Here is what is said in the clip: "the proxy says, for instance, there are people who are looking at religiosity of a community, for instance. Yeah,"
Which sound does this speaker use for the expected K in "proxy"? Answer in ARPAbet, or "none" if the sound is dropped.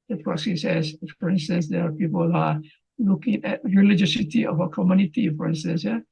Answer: none